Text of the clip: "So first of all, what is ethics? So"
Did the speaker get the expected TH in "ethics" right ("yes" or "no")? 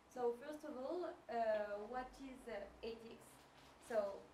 no